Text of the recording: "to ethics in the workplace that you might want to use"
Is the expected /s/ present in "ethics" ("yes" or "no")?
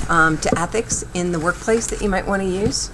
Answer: yes